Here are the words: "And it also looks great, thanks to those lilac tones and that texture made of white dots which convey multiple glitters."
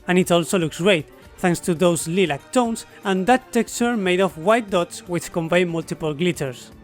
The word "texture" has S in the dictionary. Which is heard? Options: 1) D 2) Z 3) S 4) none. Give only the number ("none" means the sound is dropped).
3